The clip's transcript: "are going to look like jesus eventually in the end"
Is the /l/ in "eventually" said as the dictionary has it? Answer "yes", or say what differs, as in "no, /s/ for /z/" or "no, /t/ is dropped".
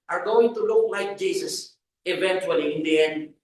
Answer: yes